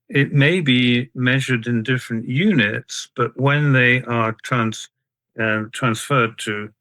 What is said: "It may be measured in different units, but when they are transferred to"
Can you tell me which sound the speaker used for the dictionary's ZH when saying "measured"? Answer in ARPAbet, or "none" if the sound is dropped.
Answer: ZH